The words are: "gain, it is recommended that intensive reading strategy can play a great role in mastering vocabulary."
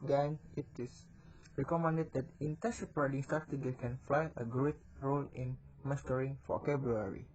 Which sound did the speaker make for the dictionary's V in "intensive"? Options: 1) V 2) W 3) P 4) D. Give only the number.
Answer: 3